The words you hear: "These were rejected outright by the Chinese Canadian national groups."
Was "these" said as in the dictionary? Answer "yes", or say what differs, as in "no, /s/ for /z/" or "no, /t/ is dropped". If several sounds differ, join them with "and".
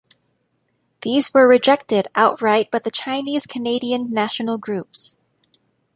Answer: yes